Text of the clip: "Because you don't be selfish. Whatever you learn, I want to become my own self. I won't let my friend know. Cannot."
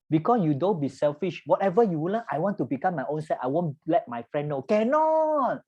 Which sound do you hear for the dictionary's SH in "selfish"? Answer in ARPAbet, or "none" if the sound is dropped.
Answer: SH